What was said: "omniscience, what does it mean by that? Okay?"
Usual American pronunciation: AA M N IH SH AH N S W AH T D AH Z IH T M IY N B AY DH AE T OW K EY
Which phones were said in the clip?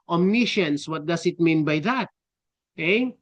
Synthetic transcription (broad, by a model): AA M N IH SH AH N S W AH T D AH S IH T M IY N B AY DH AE T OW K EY